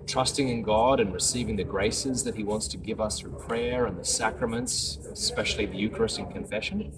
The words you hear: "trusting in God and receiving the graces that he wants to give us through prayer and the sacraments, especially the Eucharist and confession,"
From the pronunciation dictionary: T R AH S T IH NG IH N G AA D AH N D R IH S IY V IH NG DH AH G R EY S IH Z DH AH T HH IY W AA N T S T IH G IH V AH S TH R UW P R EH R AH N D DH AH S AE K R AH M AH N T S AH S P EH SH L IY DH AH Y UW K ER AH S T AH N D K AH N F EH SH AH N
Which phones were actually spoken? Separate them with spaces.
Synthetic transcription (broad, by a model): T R AH S T IH NG IH N G AA D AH N R IH S IY V IH NG DH AH G R EY S IH Z DH AH T HH IY W AA N T S T IH G IH V AH S TH R UW P R EH R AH N DH AH S AE K R AH M AH N T S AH S P EH SH L IY DH AH Y UW K ER AH S T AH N K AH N F EH SH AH N